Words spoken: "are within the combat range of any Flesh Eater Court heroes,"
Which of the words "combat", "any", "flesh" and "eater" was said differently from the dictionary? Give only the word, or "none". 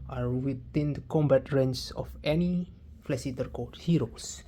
flesh